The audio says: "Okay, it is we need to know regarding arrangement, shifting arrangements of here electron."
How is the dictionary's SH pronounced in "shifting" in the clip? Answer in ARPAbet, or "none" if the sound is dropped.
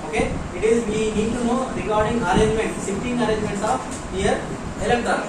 S